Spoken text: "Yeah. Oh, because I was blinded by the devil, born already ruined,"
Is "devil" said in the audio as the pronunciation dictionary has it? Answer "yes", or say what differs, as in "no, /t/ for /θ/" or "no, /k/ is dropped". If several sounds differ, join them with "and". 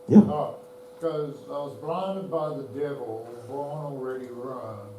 yes